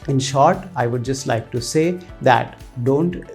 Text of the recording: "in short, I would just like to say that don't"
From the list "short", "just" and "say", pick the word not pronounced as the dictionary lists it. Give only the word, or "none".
none